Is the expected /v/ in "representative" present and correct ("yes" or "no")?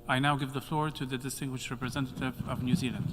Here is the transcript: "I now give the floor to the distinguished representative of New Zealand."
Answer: yes